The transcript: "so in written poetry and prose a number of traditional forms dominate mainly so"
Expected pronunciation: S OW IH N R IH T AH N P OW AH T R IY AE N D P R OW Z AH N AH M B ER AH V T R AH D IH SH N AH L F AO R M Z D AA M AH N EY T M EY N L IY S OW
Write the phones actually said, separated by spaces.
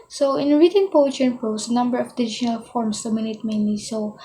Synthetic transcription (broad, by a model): S OW IH N R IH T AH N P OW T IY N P R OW S AH N AH M B ER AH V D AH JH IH N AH L F AO R M S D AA M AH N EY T M EY N L IY S OW